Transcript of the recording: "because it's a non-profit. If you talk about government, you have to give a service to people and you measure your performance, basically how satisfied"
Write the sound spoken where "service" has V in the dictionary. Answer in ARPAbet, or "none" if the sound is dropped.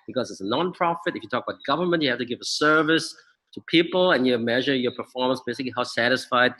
V